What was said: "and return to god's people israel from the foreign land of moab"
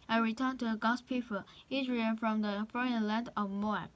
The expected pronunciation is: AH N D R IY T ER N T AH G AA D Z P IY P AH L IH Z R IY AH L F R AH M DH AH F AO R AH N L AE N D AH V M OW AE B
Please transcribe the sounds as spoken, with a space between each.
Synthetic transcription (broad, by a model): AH R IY T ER N T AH G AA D P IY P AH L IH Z R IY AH N F R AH M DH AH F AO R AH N L AE N D AH V M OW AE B